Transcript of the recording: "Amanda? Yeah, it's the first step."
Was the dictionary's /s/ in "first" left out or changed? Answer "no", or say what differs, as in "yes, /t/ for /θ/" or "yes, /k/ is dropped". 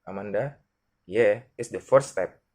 yes, /s/ is dropped